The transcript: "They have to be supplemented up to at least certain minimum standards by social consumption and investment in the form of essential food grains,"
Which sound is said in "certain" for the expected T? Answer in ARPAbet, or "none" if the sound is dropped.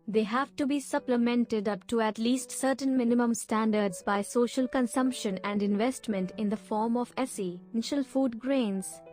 T